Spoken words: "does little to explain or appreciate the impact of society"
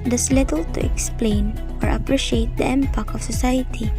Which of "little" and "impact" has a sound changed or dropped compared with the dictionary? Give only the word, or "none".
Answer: impact